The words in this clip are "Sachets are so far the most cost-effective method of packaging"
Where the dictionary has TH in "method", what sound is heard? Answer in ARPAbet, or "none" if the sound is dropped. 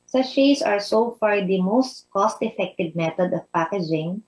T